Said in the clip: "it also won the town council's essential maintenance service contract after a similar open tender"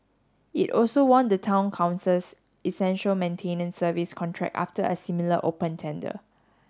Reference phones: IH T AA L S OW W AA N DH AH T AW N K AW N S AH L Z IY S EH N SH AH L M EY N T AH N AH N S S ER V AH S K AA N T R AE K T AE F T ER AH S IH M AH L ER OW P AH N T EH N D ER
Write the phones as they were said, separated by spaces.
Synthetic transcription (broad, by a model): IH T AA L S OW W AA N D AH T AW N K AW N S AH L S IY S EH N SH AH L M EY N T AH N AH N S S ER V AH S K AA N T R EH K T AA F T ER AH S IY M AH L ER OW P AH N T EH N D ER